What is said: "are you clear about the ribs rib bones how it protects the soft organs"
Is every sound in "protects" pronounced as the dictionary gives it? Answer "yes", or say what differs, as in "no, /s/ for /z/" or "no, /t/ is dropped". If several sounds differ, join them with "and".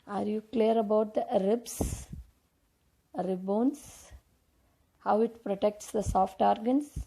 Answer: yes